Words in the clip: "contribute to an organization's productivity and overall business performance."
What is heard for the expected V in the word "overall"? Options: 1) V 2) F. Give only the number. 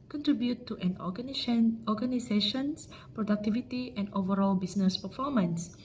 1